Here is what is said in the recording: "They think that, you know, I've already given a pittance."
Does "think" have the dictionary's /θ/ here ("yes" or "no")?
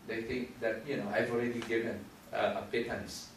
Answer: no